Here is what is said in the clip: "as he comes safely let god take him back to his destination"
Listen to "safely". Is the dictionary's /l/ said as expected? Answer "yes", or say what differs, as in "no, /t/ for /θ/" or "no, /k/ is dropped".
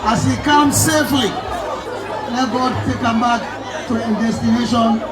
yes